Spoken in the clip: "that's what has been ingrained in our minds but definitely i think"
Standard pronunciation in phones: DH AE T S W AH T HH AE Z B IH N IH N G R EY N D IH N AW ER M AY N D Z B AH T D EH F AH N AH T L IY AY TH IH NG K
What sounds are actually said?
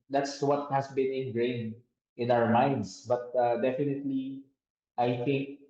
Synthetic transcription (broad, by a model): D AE T S W AH T HH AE S B IH N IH N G R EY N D IH N AW ER M AY N D S B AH T D EH F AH N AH T L IY AY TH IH NG K